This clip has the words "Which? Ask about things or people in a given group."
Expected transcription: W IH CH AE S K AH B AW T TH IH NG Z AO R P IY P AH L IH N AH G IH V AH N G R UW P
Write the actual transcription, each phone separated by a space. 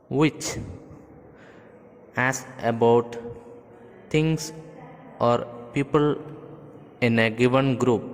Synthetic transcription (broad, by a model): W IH CH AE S AH B AW T T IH NG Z AO R P IY P AH L IH N AH G IH V AH N G R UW P